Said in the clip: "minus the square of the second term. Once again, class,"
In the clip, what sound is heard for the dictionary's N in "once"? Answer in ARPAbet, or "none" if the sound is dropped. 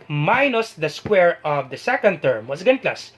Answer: none